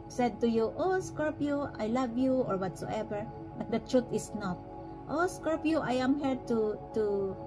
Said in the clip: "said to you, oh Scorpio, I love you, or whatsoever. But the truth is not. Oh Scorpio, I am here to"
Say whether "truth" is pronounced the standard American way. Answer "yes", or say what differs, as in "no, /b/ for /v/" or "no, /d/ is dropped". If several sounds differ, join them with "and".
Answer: no, /t/ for /θ/